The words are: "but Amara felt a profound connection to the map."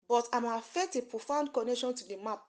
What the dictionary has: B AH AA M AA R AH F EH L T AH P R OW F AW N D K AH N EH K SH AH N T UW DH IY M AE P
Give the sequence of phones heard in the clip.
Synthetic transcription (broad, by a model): B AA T AA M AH F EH T AH P R OW F AW N D K AH N EH K SH AH N T UW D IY M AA P